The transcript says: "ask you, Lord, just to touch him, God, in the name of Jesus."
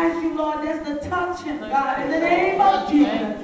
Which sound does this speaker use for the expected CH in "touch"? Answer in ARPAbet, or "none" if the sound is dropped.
CH